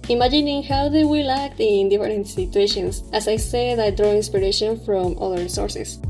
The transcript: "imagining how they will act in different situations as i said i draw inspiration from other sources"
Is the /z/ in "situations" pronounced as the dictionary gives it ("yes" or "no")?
no